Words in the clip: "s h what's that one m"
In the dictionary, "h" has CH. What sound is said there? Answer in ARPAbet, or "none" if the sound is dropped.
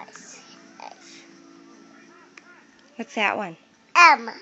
S